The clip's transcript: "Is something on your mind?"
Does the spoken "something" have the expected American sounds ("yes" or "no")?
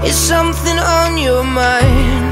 yes